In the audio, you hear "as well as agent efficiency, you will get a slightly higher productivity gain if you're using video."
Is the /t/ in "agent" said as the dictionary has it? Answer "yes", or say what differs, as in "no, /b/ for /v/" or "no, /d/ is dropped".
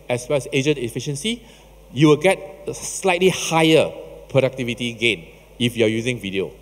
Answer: no, /t/ is dropped